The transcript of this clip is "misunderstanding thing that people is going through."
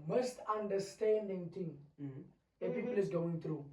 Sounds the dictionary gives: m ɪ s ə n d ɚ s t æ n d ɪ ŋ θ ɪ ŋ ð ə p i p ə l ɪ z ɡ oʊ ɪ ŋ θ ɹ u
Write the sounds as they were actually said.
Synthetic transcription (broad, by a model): m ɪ s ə n d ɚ s t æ n d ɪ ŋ t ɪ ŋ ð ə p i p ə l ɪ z ɡ oʊ ɪ ŋ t ɹ u